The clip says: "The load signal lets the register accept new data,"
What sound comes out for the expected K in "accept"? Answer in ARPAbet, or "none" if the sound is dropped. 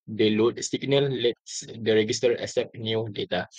none